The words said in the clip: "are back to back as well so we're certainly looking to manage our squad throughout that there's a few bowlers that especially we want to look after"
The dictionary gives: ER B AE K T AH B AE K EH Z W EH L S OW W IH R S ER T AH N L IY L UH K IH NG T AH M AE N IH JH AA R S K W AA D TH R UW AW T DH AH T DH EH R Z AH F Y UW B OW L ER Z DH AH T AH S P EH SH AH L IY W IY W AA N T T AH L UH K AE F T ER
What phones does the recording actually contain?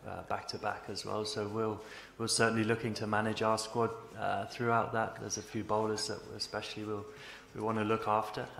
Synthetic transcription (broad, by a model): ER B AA K T AH B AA K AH Z W EH L S OW W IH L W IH S AH N L IY L UH K IH NG T AH M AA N IH JH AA S K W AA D TH R UW AW T DH AH T DH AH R Z AH F Y UW B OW L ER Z DH AH T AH S P EH SH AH W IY W IY W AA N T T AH L UH K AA F T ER